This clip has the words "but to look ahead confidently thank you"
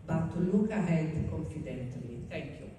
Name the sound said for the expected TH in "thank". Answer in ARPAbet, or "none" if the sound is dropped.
T